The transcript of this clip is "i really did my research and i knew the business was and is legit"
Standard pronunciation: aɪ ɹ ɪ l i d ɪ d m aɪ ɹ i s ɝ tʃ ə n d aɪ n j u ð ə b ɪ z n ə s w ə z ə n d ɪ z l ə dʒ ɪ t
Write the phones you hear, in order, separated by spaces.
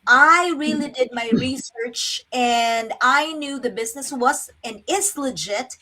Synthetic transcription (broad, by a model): aɪ ɹ ɪ l i d ɪ d m aɪ ɹ i s ɝ tʃ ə n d aɪ n j u ð ə b ɪ z n ə s w ə z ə n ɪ s l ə dʒ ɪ t